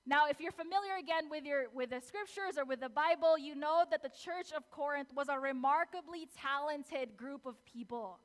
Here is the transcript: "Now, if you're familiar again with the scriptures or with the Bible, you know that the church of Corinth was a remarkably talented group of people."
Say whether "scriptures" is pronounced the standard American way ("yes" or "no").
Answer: yes